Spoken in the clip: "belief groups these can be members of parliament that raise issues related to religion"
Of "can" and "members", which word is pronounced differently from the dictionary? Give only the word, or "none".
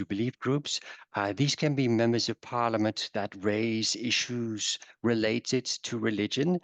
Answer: none